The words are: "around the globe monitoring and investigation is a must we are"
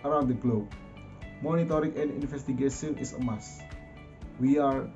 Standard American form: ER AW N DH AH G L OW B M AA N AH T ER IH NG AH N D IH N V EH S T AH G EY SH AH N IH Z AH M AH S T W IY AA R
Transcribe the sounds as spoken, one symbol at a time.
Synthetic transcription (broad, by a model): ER AW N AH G L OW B M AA N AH T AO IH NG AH N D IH N F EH S T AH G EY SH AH N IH S AH M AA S W IY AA R